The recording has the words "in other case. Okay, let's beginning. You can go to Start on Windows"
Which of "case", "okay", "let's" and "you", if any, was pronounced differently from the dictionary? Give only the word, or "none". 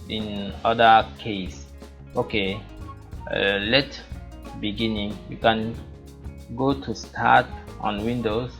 let's